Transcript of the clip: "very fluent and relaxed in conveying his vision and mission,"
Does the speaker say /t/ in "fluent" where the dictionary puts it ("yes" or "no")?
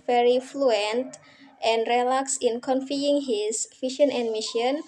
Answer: yes